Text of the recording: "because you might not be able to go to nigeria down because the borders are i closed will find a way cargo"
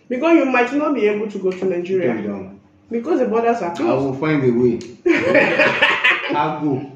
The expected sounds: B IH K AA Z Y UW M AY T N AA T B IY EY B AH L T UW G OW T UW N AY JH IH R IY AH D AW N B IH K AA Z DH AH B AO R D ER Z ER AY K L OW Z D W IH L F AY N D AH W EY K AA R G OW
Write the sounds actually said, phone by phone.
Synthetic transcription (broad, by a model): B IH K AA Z Y UW M AY T N AA T B IY EY B AH L T UW G OW T UW N AY JH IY R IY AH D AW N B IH K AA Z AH B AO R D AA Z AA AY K AA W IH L F AY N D AH W EY AA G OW